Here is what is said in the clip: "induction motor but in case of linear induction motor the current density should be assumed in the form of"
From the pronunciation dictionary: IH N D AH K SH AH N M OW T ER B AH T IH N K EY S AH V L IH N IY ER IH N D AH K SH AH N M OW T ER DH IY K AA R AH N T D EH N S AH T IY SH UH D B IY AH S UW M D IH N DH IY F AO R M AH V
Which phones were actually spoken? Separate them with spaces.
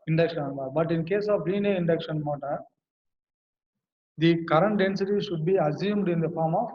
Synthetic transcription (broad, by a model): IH N D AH K SH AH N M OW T B AH T IH N K EY S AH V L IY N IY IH N D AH K SH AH N M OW T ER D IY K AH R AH N T D EH N S AH T IY SH UH D B IY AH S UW M D IH N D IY F AO R M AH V